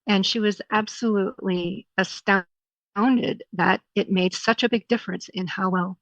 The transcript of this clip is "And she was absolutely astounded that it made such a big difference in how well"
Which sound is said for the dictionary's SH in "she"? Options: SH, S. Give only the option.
SH